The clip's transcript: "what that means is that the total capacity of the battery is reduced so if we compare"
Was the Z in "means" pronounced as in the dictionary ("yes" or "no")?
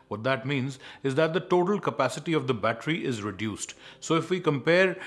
yes